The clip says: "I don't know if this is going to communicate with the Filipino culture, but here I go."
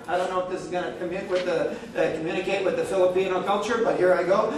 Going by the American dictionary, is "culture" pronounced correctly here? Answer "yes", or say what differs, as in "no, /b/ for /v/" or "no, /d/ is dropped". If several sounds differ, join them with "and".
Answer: yes